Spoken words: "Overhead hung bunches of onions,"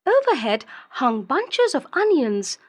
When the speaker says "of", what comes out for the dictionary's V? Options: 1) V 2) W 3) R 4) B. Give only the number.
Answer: 1